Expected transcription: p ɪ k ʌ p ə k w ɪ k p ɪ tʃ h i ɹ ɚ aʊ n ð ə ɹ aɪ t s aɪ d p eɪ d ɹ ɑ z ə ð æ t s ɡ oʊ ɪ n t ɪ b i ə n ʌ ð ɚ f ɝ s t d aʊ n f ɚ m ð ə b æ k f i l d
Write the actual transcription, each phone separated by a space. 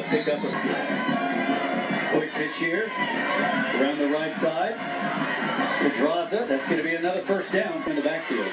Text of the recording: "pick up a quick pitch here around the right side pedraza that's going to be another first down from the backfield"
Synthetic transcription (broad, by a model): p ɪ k ʌ p ə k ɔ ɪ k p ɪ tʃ h i ɹ ɚ aʊ n ð ə ɹ aɪ t s aɪ d f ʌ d ɹ ɑ z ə ð æ t s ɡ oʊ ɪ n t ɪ b i ə n ʌ ð ɚ f ɝ s d aʊ n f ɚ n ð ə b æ k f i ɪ